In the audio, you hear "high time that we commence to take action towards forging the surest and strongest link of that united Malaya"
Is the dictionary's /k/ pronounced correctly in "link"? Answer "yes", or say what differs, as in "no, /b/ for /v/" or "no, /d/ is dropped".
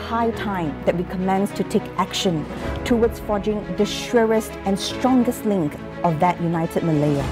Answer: yes